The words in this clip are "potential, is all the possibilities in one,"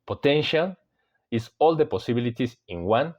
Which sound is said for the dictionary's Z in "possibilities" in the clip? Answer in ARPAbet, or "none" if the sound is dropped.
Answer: S